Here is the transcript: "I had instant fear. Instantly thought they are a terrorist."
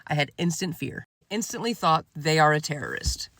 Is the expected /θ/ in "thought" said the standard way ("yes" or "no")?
yes